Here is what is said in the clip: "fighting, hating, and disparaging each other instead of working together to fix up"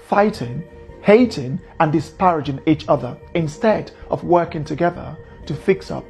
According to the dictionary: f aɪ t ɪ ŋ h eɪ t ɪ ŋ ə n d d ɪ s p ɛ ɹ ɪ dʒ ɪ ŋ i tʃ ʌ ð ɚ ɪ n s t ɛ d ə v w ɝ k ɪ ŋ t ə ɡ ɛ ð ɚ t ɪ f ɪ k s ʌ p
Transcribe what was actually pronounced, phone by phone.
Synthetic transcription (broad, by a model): f aɪ t ɪ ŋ h eɪ t ɪ ŋ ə n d d ɪ s p ɛ ɹ ɪ dʒ ɪ ŋ i tʃ ʌ ð ɚ ɪ n s t ɛ d ə v w ɝ k ɪ ŋ t ə ɡ ɛ ð ɚ t ɪ f ɪ k s ʌ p